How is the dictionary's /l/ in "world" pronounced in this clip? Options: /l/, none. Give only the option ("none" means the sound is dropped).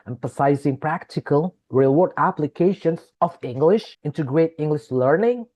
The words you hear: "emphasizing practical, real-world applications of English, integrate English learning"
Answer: none